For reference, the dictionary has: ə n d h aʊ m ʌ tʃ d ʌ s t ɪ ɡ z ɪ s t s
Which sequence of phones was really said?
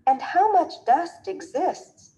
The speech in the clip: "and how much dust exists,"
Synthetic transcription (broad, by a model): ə n d h aʊ m ʌ tʃ d ʌ s t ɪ ɡ z ɪ s t s